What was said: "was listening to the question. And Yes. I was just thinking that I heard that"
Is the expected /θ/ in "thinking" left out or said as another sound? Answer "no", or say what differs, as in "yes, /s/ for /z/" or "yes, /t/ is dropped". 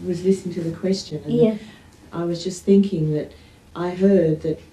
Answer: no